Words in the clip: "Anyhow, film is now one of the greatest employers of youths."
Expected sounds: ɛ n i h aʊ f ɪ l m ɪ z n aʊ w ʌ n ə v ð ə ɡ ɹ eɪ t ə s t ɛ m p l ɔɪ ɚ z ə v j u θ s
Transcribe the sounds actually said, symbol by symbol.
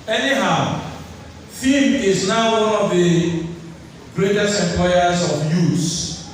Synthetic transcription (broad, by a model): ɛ n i h aʊ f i m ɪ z n aʊ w n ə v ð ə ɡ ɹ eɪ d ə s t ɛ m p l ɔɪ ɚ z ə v j u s